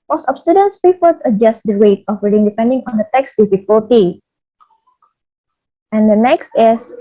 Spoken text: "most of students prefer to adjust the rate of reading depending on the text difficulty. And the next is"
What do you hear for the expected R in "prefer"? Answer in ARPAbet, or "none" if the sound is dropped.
none